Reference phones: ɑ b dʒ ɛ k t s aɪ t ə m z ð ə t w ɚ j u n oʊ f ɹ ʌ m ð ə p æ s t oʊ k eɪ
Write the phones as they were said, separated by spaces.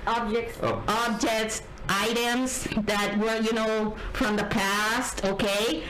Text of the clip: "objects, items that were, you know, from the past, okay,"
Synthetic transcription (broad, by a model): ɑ b dʒ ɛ k t s aɪ t ə m z ð ə t w ɚ j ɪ n oʊ f ɹ ʌ m ð ə p æ s t oʊ k eɪ